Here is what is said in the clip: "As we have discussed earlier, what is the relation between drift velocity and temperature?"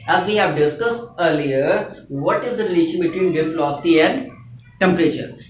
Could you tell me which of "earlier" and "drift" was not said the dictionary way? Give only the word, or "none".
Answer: drift